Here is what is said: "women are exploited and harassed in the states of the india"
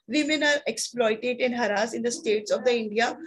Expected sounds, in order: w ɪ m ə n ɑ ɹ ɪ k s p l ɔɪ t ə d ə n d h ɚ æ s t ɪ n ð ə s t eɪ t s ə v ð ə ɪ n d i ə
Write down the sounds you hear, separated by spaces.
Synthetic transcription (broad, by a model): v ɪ m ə n ɑ ɹ ɪ k s p l ɔɪ t ə d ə n h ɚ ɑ s ɪ n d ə s t eɪ t s ə v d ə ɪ n d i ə